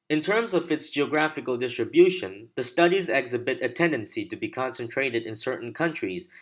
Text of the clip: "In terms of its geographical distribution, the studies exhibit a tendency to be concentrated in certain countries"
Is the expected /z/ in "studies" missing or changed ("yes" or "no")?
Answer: no